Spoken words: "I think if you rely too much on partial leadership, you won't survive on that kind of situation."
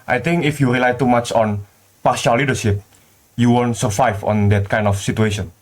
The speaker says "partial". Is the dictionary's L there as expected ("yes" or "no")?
no